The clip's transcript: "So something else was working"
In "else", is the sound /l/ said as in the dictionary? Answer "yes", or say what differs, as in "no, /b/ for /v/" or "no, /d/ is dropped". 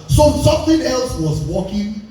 yes